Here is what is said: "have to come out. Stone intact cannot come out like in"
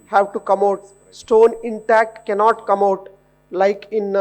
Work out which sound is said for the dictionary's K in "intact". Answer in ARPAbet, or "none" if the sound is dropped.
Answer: K